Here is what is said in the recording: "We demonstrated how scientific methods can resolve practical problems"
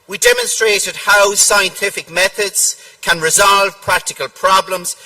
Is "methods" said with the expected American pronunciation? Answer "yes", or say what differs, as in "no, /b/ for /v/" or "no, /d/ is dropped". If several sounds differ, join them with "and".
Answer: yes